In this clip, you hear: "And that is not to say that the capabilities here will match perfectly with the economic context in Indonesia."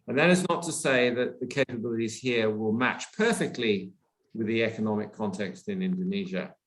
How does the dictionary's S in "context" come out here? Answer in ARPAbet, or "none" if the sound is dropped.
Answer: S